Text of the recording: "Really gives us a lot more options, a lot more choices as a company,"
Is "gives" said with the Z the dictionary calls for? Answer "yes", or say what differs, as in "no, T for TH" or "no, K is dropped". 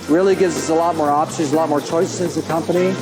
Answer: yes